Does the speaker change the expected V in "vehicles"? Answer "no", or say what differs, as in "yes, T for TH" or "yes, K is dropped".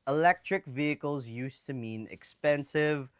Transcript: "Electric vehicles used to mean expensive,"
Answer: no